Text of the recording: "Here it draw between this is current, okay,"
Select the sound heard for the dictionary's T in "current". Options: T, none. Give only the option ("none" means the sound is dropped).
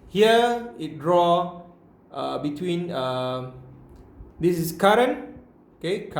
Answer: none